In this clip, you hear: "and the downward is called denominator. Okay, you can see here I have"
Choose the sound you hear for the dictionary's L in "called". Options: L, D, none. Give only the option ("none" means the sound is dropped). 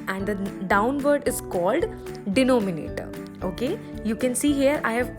L